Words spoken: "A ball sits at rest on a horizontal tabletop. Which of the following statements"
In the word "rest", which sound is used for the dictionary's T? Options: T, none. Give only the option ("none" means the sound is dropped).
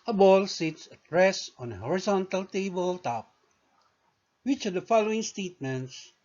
none